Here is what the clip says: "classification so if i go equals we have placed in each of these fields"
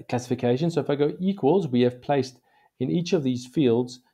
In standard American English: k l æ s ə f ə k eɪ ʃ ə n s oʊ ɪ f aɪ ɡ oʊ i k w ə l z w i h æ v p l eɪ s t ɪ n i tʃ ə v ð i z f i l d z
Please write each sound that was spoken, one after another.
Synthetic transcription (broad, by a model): k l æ s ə f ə k eɪ ʃ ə n s oʊ ɪ f aɪ ɡ oʊ i k w ə l z w i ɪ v p l eɪ s t ɪ n i tʃ ə v ð i z f i l d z